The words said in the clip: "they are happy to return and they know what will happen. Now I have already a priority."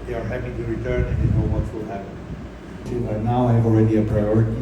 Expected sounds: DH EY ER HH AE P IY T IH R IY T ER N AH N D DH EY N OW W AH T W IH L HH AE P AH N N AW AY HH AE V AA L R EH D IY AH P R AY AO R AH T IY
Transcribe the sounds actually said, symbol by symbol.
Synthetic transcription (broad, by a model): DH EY ER HH AE P IY T IH R IY T ER N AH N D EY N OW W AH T W IH L HH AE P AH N N AW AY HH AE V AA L R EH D IY AH P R AY AO R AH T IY